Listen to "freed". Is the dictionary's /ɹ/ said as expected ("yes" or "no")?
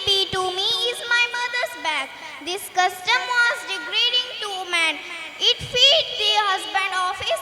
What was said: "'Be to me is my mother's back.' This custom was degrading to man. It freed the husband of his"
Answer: no